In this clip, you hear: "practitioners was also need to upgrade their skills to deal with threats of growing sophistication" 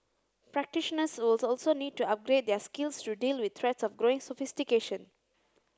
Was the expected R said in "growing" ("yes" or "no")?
yes